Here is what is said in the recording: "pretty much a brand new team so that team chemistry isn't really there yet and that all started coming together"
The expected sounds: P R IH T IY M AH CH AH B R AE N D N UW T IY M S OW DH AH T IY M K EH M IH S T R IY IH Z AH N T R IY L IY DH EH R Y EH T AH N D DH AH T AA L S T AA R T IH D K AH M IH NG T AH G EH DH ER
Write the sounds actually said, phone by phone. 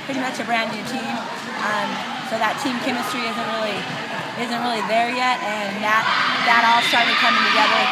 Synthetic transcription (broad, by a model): P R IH T IY M AH CH AH B R AE N D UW T IY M S OW DH AH T IY M K EH M IH S T R IY IH Z AH N T R IY L IY DH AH R Y EH T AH N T DH AH T AA L S T AA R T IH D K AH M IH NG T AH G EH DH ER